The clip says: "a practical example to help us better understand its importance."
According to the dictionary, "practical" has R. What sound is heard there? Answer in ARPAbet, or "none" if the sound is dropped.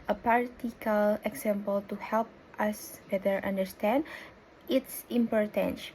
none